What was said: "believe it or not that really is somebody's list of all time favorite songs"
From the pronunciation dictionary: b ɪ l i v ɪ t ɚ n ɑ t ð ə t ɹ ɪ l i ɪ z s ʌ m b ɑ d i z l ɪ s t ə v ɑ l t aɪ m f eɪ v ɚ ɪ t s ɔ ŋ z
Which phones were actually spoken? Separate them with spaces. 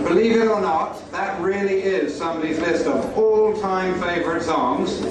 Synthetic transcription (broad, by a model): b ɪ l i v ɪ t ɚ n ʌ t ð ə t ɹ ɪ l i ɪ z s ʌ m b ɑ d i z l ɪ s t ə v ɑ l t aɪ m f eɪ v ɚ ɪ t s ɔ ŋ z